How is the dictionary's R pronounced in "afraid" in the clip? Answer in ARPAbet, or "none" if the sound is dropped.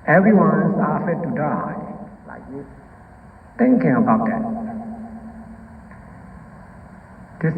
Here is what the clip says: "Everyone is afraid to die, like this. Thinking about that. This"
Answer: none